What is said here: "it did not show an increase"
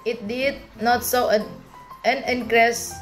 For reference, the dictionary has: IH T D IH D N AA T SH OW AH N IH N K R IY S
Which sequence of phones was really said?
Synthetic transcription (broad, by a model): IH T D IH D N AA T S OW AH N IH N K R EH S